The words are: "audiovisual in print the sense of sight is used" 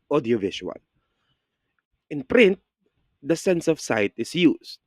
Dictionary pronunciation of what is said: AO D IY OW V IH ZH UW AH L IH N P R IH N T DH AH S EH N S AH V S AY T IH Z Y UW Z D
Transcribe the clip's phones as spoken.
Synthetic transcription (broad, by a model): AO D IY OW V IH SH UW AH L IH N P R IH N T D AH S EH N S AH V S AY T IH S Y UW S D